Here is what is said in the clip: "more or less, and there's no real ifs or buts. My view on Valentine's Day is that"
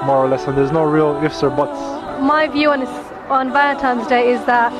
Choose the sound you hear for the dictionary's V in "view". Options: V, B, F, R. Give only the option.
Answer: V